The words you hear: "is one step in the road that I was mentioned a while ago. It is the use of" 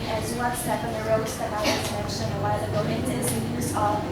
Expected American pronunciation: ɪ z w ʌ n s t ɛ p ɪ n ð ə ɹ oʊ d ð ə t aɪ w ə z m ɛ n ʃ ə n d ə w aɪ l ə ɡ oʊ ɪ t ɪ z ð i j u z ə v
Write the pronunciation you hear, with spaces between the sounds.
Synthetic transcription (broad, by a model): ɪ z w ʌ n s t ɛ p ɪ n ð ə ɹ oʊ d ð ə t aɪ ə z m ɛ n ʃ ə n ə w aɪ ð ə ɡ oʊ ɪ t ɪ z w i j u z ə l